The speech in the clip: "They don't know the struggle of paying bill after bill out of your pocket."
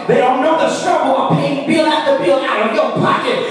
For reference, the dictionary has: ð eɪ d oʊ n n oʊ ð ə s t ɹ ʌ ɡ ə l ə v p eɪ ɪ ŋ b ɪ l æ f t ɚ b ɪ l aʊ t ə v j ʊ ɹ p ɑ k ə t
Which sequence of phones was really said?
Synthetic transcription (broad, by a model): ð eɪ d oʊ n n oʊ ð ə s t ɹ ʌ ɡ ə l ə p eɪ ɪ ŋ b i l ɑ t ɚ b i l aʊ t ə v j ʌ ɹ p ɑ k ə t